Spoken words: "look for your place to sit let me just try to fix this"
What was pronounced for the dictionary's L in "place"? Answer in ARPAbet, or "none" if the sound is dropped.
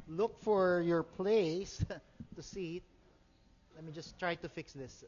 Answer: L